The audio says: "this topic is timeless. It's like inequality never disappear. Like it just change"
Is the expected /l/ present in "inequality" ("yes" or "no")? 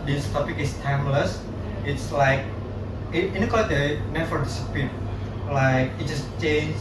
no